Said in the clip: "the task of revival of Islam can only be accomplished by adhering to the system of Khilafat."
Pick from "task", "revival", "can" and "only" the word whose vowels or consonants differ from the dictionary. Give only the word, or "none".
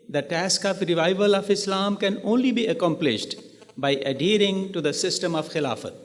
none